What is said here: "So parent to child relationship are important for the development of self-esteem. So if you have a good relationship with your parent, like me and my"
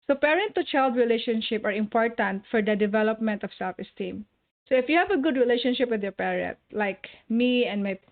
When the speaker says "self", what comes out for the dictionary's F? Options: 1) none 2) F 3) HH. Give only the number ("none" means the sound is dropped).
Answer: 2